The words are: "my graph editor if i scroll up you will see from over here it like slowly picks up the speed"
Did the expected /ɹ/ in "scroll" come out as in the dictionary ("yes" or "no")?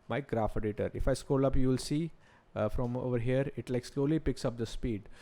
no